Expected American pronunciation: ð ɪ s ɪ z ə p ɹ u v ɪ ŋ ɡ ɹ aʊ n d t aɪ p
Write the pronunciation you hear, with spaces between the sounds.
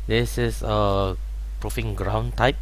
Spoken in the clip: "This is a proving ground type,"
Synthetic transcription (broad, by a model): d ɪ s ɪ s ə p ɹ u f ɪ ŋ ɡ ɹ aʊ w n t aɪ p